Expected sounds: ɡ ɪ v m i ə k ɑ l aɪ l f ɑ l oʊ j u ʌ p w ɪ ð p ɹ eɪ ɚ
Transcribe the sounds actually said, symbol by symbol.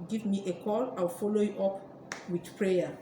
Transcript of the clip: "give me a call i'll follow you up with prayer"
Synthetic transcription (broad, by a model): ɡ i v m i ə k ɑ l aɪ w f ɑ l oʊ j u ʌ p w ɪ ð p ɹ eɪ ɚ